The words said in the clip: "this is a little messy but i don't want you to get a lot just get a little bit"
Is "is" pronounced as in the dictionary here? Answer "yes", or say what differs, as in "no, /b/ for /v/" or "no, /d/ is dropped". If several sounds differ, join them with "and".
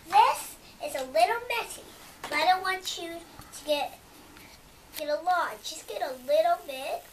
no, /s/ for /z/